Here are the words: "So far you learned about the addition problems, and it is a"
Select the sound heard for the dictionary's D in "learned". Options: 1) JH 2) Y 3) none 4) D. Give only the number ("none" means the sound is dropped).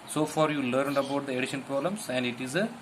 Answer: 4